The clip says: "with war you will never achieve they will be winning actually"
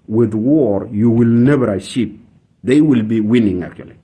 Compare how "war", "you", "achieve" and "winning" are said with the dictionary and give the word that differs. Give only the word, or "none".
achieve